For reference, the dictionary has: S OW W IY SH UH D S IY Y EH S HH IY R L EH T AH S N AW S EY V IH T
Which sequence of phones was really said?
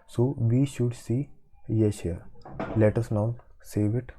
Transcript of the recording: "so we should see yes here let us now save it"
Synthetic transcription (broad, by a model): S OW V IY SH UH D S IY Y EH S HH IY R L EH T AH S N AW S EY V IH T